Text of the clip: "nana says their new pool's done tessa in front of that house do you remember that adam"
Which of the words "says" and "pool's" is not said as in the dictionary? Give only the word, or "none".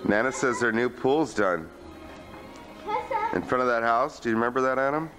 none